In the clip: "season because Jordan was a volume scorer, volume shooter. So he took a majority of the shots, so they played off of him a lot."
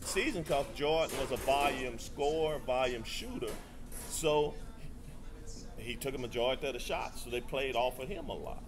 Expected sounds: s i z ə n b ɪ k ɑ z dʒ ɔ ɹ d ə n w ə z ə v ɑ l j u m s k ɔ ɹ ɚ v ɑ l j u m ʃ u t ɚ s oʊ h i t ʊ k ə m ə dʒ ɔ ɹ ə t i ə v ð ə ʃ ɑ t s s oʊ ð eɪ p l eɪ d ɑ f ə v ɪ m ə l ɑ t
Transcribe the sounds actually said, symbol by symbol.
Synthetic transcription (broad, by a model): s i z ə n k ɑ s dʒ ɔ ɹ n w ə z ə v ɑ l j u m s k ɔ ɹ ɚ v ɑ l j u m ʃ u t ɚ s oʊ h i t ʊ k ə m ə dʒ ɔ ə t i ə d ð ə ʃ ɑ t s s oʊ ð eɪ p l eɪ d ɑ f ə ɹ ɪ m ə l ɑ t